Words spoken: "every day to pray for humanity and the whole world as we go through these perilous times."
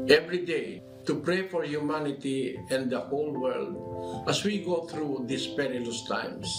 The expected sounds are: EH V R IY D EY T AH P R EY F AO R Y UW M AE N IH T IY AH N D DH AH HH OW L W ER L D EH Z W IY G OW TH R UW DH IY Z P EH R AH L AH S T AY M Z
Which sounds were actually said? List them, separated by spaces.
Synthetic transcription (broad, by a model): EH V R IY D EY T AH P R EY F AO R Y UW M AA N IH T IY AH N D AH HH OW L W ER L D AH S W IY G OW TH R UW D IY S P EH R AH L AH S T AY M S